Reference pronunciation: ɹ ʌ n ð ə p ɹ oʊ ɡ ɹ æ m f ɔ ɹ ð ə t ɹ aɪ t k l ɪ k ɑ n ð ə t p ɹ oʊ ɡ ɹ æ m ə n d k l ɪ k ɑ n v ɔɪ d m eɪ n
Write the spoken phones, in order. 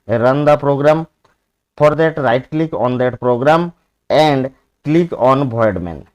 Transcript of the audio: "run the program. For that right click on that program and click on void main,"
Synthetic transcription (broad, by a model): ɹ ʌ n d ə p ɹ oʊ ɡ ɹ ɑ m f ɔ ɹ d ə t ɹ aɪ t k l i k ɑ n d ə t p ɹ oʊ ɡ ɹ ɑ m ə n d k l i k ɑ n b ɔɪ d m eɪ n